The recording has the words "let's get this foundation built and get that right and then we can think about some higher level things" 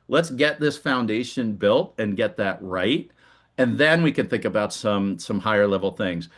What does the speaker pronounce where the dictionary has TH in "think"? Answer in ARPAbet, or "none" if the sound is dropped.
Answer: TH